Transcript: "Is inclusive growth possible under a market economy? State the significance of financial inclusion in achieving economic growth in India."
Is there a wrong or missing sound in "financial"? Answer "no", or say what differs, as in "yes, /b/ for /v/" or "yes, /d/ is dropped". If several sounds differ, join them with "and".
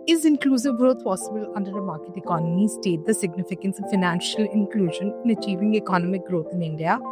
no